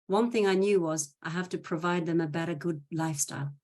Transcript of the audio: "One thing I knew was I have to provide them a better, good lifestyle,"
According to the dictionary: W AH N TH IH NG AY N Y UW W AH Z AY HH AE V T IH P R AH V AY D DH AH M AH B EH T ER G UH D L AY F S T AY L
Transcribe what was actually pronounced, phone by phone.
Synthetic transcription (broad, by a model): W AH N TH IH NG AY N Y UW W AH Z AY HH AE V T IH P R AH V AY D DH AH M AH B EH T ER G UH D L AY F S T AY L